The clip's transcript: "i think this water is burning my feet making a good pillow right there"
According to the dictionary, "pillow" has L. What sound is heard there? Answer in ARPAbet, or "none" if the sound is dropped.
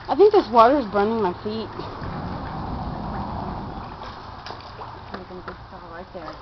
none